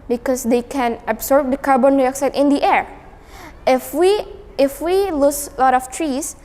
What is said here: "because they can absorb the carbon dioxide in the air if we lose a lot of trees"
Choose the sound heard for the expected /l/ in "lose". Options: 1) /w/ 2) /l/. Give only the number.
1